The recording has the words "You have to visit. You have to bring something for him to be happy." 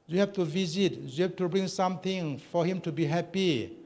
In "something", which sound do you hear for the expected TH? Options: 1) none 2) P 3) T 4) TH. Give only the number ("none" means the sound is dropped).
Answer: 3